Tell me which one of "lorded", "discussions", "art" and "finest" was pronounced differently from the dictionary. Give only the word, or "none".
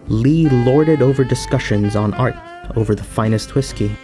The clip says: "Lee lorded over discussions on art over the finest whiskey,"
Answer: none